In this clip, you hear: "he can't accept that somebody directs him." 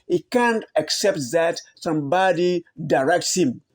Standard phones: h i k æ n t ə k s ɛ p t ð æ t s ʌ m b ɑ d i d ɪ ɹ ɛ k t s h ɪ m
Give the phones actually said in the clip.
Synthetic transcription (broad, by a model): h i k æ n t ə k s ɛ p t ð æ t s ʌ m b ɑ d i d ɪ ɹ ɛ k t s h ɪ m